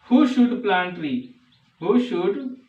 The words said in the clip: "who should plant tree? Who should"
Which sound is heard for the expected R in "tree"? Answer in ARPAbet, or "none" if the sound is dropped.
L